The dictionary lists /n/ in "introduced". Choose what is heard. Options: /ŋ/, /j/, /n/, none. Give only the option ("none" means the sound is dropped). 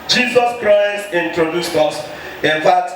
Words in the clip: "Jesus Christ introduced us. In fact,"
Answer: /n/